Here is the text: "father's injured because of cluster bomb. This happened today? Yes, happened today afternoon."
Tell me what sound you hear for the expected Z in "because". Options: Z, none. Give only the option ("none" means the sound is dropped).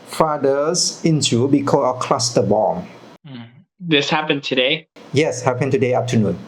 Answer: none